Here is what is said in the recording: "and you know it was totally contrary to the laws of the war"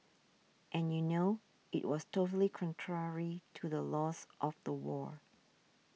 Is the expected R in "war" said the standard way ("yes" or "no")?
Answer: yes